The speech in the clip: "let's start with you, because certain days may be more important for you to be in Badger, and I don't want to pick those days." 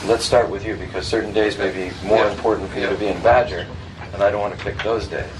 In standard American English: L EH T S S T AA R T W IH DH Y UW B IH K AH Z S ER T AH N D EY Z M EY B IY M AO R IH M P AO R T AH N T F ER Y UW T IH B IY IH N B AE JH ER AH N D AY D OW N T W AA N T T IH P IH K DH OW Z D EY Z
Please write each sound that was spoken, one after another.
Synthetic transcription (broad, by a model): L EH T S S T AA R T W IH DH Y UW B IH K AH Z S ER T N D EY Z M EY B IY M AO R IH M P AO R T N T F ER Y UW T IH B IY IH N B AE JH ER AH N AY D OW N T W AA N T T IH P IH K DH OW Z D EY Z